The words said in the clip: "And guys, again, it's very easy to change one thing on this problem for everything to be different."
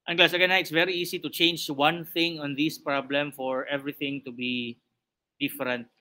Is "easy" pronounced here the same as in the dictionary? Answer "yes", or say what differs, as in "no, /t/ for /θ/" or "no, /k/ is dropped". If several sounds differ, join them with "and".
no, /s/ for /z/